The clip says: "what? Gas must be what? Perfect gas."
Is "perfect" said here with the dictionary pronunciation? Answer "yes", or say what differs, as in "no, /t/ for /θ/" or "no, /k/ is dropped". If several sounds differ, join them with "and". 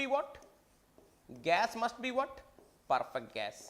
yes